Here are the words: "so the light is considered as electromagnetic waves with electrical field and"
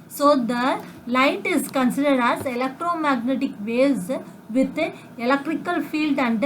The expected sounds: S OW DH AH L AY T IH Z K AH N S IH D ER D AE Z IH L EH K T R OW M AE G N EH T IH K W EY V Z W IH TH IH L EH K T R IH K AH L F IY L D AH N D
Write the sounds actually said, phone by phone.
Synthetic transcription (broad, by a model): S OW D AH L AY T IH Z K AH N S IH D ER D AE Z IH L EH K T R OW M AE G N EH T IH K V EY Z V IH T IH L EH K T R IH K AH L F IY L D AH N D